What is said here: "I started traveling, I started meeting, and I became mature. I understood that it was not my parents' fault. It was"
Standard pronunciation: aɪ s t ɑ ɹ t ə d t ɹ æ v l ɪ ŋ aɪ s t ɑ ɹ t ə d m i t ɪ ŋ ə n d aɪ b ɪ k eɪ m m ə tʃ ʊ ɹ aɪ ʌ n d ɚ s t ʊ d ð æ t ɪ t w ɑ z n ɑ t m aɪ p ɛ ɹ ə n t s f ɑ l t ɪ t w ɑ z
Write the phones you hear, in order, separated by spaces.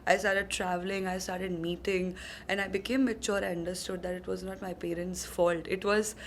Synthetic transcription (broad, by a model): aɪ s t ɑ ɹ t ə d t ɹ æ v l ɪ ŋ aɪ s t ɑ ɹ t ə d m i t ɪ ŋ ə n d aɪ b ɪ k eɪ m m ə tʃ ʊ ɹ aɪ ʌ n d ɚ s t ʊ d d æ t ɪ t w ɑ z n ɑ t m aɪ p ɛ ɹ ə n t s f ɑ l t ɪ t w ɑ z